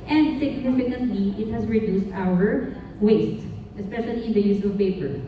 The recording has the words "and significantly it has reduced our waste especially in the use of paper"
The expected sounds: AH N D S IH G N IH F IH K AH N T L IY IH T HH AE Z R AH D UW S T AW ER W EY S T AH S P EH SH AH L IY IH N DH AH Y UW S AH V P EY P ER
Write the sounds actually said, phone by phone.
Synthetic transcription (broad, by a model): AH N D S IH G N IH F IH K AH N T L IY IH T HH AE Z R AH D UW S T AW ER W EY S T AH S P EH SH AH L IY IH N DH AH Y UW S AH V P EY P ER